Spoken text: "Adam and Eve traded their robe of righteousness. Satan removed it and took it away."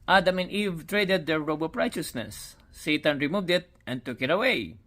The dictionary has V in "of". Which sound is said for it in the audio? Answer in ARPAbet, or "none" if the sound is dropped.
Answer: P